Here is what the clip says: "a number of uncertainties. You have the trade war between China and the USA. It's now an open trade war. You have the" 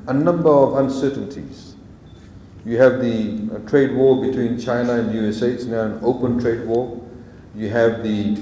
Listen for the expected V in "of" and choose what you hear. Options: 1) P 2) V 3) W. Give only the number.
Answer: 2